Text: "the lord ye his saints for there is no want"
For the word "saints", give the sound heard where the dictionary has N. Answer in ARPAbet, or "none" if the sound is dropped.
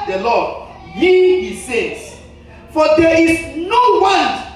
none